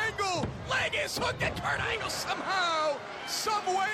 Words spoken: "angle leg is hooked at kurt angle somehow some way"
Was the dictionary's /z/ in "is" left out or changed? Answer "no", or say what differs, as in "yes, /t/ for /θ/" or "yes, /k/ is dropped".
yes, /s/ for /z/